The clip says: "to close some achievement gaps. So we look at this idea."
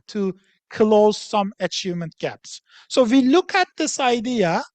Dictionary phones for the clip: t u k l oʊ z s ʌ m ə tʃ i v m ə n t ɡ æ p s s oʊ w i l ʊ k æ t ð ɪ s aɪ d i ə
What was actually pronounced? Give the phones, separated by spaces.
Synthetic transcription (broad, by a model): t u k l oʊ z s ʌ m ə tʃ i v m ə n t ɡ æ p s s oʊ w i l ʊ k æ t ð ɪ s aɪ d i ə